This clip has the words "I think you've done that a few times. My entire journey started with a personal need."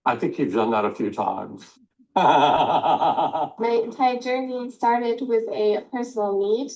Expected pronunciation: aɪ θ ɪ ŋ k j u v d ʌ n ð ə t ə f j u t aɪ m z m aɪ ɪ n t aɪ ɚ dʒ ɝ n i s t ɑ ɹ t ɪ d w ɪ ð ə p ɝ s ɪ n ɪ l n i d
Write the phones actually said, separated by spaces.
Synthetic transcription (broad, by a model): aɪ θ ɪ ŋ k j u v d ʌ n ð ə t ə f j u t aɪ m z m aɪ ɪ n t aɪ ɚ dʒ ɝ n i s t ɑ ɹ t ɪ d w ɪ ð ə p ɝ s n l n i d